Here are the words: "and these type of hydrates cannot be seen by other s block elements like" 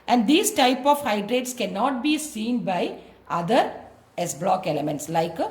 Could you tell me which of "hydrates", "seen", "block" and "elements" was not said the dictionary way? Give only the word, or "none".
none